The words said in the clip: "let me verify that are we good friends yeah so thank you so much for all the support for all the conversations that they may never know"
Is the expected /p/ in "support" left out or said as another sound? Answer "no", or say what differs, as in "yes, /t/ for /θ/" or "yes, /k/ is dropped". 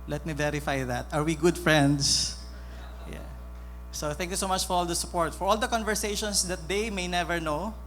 no